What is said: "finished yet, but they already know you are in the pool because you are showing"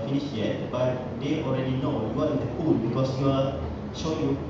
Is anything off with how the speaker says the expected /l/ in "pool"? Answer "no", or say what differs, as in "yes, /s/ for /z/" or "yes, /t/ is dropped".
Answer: yes, /n/ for /l/